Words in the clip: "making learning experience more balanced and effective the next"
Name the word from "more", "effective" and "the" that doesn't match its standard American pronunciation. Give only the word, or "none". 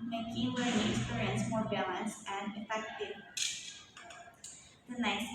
none